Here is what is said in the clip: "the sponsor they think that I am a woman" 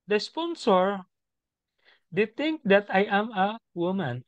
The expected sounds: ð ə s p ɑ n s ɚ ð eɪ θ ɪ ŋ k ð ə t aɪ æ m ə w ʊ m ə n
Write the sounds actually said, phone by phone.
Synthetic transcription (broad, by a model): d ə s p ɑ n s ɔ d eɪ t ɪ ŋ k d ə t aɪ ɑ m ə w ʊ m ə n